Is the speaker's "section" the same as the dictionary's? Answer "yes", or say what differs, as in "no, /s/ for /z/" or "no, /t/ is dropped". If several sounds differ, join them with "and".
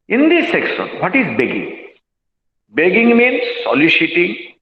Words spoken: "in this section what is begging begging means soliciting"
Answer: no, /s/ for /ʃ/